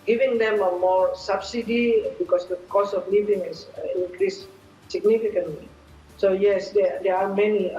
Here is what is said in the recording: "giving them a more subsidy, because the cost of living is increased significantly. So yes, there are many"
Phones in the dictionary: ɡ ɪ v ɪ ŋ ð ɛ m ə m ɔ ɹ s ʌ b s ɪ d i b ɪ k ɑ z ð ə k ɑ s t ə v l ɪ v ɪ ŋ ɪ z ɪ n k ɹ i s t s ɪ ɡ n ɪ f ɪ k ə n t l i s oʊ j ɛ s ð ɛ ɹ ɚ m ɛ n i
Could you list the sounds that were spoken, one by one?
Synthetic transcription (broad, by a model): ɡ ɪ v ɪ ŋ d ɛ m ə m ɔ ɹ s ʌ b s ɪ d i b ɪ k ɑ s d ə k ɑ s ə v l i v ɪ ŋ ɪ s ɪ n k ɹ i s s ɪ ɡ n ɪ f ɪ k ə n t l i s oʊ j ɛ s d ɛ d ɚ m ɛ n i